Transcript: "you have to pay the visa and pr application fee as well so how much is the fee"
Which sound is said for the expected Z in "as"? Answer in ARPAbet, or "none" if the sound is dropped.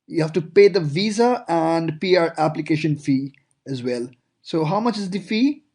Z